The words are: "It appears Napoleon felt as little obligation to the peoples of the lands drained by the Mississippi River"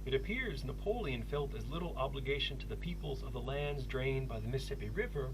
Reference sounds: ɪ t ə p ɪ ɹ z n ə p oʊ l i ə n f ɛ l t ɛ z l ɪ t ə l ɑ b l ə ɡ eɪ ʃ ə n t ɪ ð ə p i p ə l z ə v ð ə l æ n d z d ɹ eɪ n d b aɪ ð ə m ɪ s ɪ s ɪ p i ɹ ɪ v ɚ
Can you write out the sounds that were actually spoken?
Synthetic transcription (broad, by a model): ɪ t ə p ɪ ɹ z n ə p oʊ l i ə n f ɛ l t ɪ z l ɪ t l ɑ b l ə ɡ eɪ ʃ ə n t ɪ ð ə p i p l z ə v ð ə l æ n d z d ɹ eɪ n b aɪ ð ə m ɪ s ɪ s ɪ p i ɹ ɪ v ɚ